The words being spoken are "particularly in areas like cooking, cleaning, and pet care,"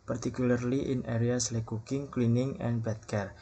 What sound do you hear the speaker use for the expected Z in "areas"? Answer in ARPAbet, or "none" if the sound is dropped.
S